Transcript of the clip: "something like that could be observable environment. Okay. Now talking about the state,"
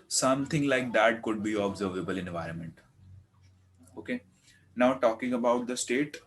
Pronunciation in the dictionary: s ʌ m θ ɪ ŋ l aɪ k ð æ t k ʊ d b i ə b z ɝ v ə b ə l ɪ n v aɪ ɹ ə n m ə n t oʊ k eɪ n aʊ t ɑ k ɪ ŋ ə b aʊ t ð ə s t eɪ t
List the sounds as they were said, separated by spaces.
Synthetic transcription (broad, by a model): s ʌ m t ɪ ŋ l aɪ k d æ t k ʊ d b i ə b z ɝ v ə b ə l ɪ n v aɪ ɹ ə n m ə n t oʊ k eɪ n aʊ t ɑ k ɪ ŋ ə b aʊ t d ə s t eɪ t